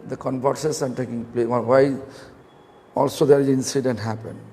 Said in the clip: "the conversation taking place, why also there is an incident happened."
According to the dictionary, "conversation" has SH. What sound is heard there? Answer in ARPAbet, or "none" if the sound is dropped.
S